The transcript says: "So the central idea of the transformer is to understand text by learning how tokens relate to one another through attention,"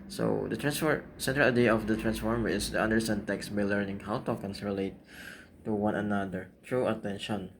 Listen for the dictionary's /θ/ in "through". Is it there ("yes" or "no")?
no